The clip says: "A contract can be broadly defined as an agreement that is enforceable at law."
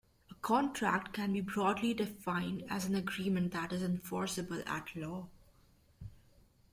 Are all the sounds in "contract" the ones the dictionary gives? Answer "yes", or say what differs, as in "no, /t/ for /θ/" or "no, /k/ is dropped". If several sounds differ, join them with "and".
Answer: yes